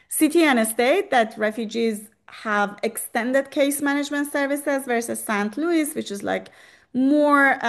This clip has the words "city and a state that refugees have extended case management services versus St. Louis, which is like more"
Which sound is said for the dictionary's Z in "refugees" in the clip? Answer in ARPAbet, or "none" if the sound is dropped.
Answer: Z